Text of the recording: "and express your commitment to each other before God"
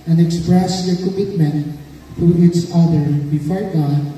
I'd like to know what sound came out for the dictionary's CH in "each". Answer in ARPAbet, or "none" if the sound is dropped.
S